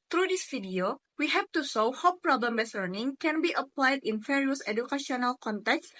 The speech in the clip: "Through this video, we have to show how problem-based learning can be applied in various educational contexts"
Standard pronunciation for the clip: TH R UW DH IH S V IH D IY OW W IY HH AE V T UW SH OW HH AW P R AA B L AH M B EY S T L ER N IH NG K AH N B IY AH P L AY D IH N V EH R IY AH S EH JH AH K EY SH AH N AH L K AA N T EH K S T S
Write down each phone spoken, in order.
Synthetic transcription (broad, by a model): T R UW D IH S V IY D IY OW W IY HH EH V T UW S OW HH AW P R AA B L AH M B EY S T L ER N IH NG K AH N B IY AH P L AY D IH N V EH R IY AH S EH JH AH K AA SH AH N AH L K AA N T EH K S S